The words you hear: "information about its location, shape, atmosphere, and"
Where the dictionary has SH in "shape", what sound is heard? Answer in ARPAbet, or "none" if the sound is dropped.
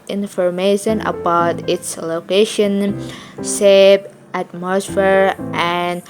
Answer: S